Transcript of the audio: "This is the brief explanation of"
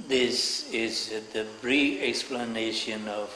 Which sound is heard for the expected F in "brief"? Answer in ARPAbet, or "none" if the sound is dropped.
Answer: none